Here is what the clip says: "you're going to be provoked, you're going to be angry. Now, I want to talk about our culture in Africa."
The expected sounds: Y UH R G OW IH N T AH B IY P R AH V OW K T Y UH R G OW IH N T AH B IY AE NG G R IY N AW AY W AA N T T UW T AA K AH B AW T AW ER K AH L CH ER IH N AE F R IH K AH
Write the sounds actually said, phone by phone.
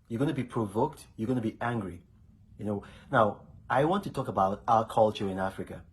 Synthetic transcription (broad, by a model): Y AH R G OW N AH B IY P R AH V OW K T Y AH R G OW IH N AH B IY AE NG G R IY N AW AY W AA N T T UW T AA K AH B AW T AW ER K AH L CH ER IH N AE F R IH K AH